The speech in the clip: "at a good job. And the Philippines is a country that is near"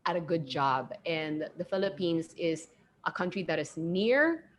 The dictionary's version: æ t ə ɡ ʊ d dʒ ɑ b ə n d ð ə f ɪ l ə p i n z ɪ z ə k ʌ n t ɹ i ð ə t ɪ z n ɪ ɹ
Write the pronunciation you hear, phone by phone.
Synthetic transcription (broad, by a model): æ t ə ɡ ʊ d dʒ ɑ b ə n ð ə f ɪ l ə p i n z ɪ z ə k ʌ n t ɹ i ð ə t ɪ z n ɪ ɹ